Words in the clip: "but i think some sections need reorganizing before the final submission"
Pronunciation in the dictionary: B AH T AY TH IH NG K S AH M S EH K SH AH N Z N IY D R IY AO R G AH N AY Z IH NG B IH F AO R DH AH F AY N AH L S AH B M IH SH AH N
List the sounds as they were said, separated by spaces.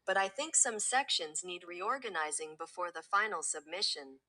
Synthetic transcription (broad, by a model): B AH T AY TH IH NG K S AH M S EH K SH AH N Z N IY D R IY AO R G AH N AY Z IH NG B IH F AO R DH AH F AY N L S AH B M IH SH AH N